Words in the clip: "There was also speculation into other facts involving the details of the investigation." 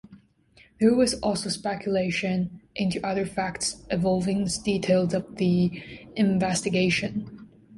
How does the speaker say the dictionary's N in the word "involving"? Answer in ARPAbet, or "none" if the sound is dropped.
none